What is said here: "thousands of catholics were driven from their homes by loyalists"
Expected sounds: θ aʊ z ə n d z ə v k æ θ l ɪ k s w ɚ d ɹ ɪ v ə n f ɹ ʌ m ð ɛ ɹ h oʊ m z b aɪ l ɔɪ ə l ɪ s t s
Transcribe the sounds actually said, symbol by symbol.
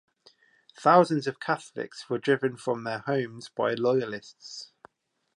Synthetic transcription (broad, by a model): θ aʊ z ə n d z ə v k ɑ θ l ɪ k s w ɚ d ɹ ɪ v ə n f ɹ ʌ m ð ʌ h oʊ m z b aɪ l ɔɪ ə l ɪ s t s